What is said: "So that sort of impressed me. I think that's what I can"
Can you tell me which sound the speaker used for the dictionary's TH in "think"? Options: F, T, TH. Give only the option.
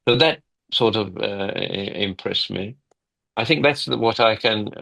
TH